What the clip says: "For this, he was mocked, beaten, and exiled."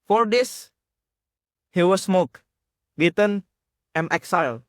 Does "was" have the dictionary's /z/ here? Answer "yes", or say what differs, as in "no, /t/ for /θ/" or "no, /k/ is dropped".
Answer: no, /s/ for /z/